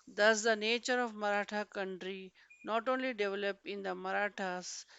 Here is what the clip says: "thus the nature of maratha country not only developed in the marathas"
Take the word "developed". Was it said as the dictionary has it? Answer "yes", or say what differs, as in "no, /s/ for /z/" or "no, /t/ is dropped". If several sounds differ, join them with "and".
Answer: no, /t/ is dropped